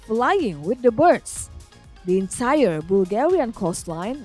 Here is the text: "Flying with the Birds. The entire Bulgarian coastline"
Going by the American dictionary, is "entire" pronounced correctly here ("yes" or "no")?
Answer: yes